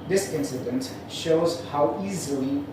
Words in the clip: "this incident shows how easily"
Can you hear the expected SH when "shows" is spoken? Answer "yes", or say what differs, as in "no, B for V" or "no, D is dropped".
yes